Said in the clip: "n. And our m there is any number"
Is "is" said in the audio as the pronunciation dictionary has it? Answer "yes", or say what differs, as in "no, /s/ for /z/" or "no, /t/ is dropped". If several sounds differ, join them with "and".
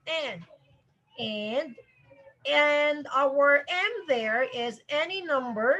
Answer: yes